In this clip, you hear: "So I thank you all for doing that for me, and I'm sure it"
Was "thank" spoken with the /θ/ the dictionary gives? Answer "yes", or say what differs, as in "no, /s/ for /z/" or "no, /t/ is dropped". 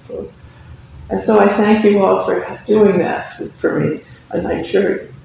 yes